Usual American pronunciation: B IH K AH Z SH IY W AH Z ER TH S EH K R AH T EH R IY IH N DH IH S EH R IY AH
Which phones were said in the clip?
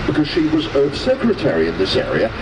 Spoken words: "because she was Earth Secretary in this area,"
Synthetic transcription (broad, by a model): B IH K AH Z SH IY W AH Z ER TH S EH K R AH T EH R IY IH N DH IH S EH R IY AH